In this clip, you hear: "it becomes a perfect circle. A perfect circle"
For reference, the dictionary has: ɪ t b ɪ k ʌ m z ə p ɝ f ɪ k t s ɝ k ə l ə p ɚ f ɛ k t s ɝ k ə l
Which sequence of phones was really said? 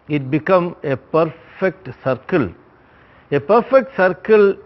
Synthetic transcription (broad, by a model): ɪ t b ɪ k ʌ m ə p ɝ f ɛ k t s ɝ k ə l ə p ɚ f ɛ k t s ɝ k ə l